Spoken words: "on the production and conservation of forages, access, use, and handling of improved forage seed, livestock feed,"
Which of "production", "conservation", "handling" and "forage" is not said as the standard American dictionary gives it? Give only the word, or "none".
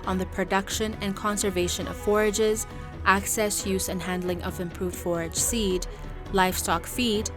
none